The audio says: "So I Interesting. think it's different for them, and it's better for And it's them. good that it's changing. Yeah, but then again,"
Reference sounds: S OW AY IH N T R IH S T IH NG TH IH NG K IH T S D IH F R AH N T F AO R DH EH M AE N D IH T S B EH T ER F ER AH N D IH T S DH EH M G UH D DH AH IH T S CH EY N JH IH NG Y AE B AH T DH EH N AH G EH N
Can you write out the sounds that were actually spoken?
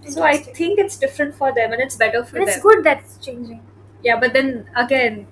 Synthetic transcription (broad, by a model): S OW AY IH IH T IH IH NG K IH T S D IH F R AH N T F AO R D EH M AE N IH T S B EH T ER F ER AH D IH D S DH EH G UH D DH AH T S CH EY N JH IH NG Y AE B AH T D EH N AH G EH N